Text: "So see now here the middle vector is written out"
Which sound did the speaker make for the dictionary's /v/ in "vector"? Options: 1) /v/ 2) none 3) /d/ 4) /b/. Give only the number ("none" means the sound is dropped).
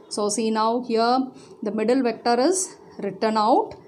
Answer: 1